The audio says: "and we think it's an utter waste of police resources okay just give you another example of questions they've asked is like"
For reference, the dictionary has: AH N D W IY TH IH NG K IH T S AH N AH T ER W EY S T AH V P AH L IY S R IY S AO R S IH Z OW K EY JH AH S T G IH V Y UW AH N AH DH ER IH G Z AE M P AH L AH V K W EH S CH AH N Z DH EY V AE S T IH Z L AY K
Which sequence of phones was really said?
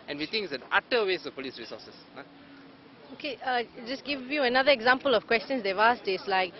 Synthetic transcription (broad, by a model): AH N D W IY T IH NG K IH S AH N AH T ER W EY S AH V P AH L IY S R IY S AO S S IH OW K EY JH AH S G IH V Y UW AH N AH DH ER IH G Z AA M P AH L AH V K W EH S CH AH N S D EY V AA S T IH S L AY K